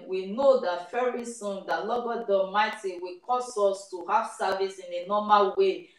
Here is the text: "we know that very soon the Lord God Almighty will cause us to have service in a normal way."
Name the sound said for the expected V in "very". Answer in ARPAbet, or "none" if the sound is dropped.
F